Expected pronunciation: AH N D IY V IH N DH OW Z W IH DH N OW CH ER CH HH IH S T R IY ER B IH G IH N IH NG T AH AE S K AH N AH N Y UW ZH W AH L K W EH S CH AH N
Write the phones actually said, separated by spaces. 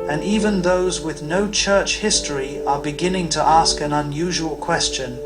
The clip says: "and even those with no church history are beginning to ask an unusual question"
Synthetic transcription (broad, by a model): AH N IY V IH N DH OW Z W IH DH N OW CH ER CH HH IH S T R IY ER B IH G IH N IH NG T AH AE S K AH N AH N Y UW ZH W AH L K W EH S CH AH N